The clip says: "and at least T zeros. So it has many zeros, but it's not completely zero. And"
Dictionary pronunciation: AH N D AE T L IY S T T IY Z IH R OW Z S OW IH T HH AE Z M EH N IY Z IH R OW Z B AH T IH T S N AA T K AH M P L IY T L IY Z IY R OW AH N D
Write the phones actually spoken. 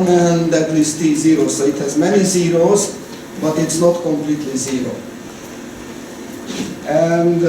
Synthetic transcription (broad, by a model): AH N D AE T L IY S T T IY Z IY R OW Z S OW IH T HH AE Z M EH N IY Z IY R OW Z B AH T IH T S N AA T K AH M P L IY T L IY Z IY R OW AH N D